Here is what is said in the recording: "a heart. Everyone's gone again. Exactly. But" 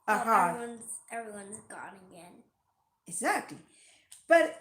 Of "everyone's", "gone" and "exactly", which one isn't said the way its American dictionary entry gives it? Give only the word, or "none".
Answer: none